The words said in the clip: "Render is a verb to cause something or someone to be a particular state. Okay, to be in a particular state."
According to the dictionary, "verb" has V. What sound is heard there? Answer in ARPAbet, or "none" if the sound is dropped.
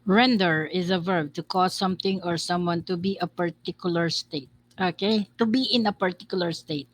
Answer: V